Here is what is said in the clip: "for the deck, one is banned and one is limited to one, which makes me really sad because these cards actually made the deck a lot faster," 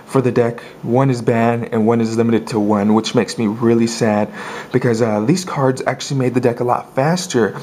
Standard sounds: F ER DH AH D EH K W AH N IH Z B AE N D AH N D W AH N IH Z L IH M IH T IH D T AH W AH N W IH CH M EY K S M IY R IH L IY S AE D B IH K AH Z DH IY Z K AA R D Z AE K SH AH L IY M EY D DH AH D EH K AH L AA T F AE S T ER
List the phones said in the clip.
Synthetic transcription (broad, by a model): F ER DH AH D EH K W AH N IH Z B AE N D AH N W AH N IH Z L IH M IH T IH D T AH W AH N W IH CH M EY K S M IY R IH L IY S AE D B IH K AH Z DH IY Z K AA R D Z AE K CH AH L IY M EY D DH AH D EH K AH L AA T F AE S T ER